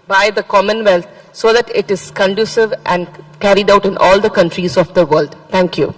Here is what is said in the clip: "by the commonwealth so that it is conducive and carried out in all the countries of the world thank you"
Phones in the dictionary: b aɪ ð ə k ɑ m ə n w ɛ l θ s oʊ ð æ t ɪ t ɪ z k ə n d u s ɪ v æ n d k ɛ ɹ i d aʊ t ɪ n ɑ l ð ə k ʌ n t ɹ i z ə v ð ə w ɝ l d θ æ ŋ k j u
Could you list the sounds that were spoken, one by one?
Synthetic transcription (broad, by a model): b aɪ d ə k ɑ m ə n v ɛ l t s oʊ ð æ t ɪ t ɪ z k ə n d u s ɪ v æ n d k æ ɹ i d aʊ t ɪ n ɑ l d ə k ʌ n t ɹ i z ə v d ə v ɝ l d t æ ŋ k j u